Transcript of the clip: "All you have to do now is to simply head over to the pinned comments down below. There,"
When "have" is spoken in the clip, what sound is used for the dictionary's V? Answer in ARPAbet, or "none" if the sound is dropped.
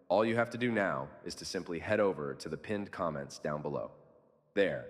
F